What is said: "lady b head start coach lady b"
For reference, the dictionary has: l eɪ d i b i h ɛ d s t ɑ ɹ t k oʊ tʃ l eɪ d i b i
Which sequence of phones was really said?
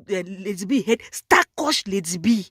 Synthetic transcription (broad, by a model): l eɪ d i b i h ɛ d s t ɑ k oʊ ʃ l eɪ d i b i